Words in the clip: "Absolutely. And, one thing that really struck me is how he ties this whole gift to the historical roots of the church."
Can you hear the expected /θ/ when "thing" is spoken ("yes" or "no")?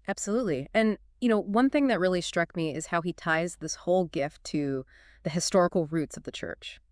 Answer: yes